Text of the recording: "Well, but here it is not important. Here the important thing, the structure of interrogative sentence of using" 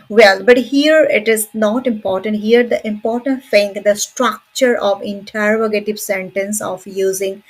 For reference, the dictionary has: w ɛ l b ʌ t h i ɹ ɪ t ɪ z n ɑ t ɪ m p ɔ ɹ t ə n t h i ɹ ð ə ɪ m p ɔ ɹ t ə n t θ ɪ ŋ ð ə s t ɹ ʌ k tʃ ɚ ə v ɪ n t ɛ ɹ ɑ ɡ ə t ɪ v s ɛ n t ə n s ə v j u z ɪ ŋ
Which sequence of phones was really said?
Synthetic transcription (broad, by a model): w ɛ l b ʌ t h i ɹ ɪ t ɪ z n ɑ t ɪ m p ɔ ɹ t ə n t h i ɹ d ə ɪ m p ɔ ɹ t ə n t f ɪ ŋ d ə s t ɹ ʌ k tʃ ɚ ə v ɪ n t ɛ ɹ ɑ ɡ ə t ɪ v s ɛ n t ə n s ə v j u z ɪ ŋ